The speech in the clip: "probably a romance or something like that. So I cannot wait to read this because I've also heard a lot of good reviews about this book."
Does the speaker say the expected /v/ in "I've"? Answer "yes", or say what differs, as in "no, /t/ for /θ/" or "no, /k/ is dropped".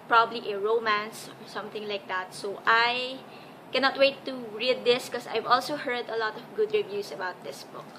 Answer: yes